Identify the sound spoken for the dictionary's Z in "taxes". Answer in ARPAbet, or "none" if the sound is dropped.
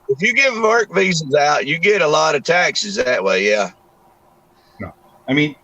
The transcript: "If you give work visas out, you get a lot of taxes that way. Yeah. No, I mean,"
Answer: Z